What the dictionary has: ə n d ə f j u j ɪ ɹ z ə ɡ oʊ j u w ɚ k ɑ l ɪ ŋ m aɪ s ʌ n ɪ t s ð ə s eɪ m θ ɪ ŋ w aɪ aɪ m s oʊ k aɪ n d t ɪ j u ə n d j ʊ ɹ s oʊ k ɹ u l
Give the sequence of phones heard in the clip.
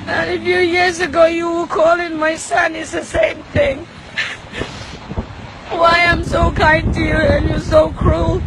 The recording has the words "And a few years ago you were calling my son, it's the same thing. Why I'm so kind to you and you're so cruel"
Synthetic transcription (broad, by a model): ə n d ə f j u j ɪ ɹ z ə ɡ oʊ j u w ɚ k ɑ l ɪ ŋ m aɪ s ʌ n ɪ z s ð ə s eɪ m θ ɪ ŋ w aɪ aɪ m s oʊ k aɪ n t ɪ j u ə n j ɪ s oʊ k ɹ u l